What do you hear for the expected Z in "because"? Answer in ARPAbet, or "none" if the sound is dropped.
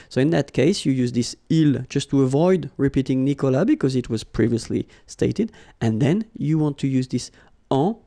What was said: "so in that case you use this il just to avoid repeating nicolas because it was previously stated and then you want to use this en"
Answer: Z